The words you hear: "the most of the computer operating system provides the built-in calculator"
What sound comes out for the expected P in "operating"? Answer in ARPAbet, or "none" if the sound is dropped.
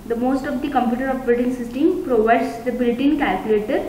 B